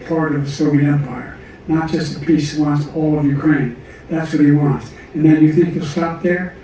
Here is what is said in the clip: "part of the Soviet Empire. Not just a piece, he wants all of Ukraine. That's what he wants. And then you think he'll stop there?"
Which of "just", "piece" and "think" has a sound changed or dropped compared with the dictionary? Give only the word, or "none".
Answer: none